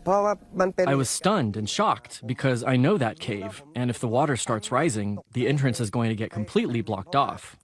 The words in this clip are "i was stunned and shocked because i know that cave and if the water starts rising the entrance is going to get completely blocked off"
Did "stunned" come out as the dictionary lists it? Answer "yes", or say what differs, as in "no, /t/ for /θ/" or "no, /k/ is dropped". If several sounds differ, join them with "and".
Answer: yes